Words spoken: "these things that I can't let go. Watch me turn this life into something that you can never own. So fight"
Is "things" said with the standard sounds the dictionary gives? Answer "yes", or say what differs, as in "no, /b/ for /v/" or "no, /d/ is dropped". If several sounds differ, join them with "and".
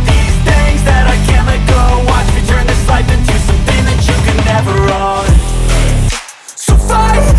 no, /ŋ/ is dropped